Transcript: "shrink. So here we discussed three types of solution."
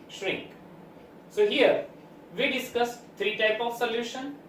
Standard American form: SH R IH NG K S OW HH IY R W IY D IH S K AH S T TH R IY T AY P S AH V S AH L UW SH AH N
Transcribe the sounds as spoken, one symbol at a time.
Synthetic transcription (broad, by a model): SH R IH NG K S OW HH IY R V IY D IH S K AH S T T R IY T AY P AH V S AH L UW SH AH N